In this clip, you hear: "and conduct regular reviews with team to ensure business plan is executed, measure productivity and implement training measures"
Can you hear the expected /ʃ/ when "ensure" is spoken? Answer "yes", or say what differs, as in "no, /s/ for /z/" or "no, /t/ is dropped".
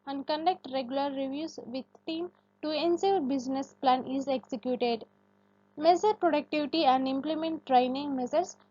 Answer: no, /s/ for /ʃ/